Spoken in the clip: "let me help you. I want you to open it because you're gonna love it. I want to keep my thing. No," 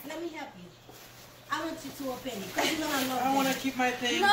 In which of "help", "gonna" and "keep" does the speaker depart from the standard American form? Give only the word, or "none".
gonna